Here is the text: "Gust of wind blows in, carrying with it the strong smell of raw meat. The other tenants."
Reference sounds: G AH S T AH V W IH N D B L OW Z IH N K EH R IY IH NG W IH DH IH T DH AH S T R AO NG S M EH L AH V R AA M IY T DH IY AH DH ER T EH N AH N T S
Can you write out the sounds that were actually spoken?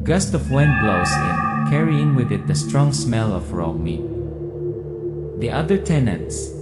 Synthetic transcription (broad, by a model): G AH S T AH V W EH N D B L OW IH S K EH R IY IH NG W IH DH IH T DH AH S T R AO NG S M EH L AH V R AA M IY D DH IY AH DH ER T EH N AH N T S